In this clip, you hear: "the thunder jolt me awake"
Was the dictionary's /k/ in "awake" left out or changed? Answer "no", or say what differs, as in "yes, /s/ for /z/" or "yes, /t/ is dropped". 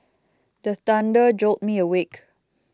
no